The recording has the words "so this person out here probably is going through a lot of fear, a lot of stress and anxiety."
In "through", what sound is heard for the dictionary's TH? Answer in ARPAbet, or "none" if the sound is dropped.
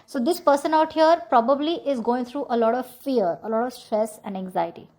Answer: T